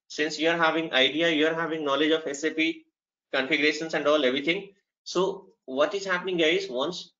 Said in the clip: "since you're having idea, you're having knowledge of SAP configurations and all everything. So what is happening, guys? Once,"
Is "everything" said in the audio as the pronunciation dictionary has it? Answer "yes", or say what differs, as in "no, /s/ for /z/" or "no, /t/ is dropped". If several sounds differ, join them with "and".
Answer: no, /t/ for /θ/